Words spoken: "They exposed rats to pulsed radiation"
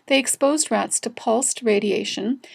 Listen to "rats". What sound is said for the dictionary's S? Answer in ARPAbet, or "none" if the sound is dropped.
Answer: S